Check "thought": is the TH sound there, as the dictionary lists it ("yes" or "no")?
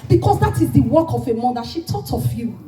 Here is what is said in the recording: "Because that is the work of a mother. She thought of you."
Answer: no